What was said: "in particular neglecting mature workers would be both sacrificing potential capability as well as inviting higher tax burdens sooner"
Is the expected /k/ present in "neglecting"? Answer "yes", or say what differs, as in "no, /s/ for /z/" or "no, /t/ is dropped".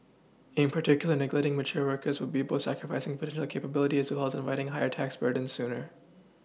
no, /k/ is dropped